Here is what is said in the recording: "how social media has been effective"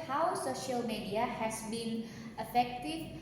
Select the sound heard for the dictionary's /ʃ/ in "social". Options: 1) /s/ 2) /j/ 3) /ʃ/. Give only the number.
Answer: 3